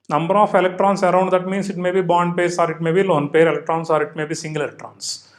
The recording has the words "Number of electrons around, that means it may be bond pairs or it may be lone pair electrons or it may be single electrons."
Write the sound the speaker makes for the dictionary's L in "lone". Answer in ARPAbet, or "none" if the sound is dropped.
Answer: L